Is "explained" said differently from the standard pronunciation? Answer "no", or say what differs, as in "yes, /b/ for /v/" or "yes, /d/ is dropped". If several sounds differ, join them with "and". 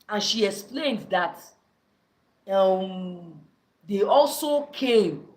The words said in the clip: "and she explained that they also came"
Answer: no